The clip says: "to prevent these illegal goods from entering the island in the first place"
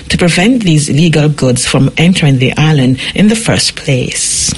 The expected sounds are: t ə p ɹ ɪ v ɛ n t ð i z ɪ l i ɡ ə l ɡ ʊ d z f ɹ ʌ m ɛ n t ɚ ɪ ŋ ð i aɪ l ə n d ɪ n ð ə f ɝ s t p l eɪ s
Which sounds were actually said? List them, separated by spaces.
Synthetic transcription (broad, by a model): t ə p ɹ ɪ v ɛ n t ð i z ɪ l i ɡ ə l ɡ ʊ d z f ɹ ʌ m ɛ n t ɚ ɪ ŋ ð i aɪ l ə n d ɪ n ð ə f ɝ s p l eɪ s